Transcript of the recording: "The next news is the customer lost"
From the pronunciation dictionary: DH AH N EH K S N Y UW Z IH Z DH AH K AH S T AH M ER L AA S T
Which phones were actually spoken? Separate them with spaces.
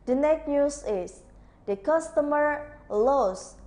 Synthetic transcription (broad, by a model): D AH N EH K N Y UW S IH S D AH K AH S T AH M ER L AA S